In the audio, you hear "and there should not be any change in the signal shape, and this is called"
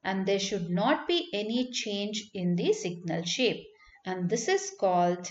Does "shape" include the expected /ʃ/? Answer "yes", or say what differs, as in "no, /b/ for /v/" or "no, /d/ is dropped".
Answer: yes